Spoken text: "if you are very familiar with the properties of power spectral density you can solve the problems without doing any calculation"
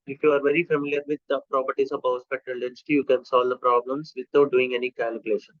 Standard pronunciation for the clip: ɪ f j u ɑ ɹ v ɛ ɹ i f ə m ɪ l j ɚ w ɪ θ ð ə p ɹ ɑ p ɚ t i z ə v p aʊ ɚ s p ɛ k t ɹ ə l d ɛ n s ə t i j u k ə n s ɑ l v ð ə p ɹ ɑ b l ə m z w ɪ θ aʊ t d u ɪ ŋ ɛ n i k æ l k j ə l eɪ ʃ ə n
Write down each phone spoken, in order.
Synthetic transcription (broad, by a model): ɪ f j u ɑ ɹ v ɛ ɹ i f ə m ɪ l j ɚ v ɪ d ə p ɹ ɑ p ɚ t i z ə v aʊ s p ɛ t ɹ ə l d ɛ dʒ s t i j u k ə n s ɑ l v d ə p ɹ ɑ b l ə m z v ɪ t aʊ t d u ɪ ŋ ɛ n i k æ l k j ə l eɪ ʃ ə n